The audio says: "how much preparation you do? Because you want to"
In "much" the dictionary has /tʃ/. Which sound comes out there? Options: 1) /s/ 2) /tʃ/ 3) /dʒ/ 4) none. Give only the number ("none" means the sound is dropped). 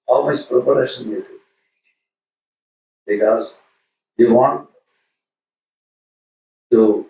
1